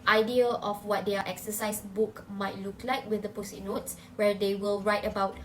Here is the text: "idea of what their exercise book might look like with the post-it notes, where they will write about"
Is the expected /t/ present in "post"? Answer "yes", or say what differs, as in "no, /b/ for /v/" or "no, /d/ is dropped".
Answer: no, /t/ is dropped